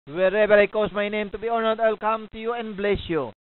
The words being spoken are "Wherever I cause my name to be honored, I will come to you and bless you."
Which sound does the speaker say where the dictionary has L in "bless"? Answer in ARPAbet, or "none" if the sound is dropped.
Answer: L